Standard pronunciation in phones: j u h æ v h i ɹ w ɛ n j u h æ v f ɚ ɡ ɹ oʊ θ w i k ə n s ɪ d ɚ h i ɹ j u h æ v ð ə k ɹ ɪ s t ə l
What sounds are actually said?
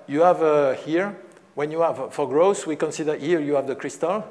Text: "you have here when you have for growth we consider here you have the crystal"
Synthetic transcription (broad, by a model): j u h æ v h i ɹ w ɛ n j u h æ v f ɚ ɡ ɹ oʊ s w i k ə n s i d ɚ h i ɹ j u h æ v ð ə k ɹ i s t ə l